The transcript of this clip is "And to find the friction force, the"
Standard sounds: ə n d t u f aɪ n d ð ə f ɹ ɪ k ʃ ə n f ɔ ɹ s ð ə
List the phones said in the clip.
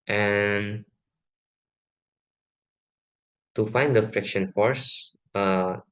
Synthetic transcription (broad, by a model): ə n t u f aɪ n d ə f ɹ ɪ k ʃ ə n f ɔ ɹ s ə